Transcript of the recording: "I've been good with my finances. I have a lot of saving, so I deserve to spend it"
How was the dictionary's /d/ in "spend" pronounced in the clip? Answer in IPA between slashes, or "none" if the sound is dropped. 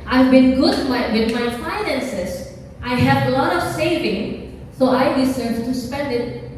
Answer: /d/